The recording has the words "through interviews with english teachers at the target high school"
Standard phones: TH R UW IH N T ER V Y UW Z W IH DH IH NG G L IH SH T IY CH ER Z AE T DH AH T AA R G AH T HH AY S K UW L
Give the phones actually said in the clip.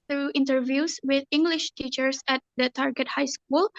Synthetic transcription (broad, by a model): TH R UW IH N T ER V Y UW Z W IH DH IH NG G L IH SH T IY CH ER S AE T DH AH T AA R G AH T HH AY S K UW L